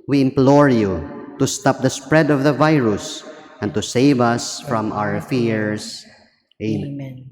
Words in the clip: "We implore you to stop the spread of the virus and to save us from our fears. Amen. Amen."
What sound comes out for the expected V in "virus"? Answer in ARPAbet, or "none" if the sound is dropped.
V